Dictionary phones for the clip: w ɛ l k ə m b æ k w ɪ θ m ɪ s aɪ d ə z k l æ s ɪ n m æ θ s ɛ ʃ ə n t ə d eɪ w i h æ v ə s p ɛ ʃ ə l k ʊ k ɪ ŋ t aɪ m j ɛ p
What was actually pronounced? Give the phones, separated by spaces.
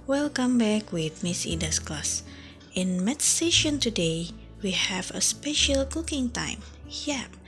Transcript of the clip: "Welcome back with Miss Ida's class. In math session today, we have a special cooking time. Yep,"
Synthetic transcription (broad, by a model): w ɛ l k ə m b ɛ k w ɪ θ m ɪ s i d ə s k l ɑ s ɪ n m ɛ t s ɛ ʃ ə n t ə d eɪ w i h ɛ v ə s p ɛ ʃ ə l k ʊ k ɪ ŋ t aɪ m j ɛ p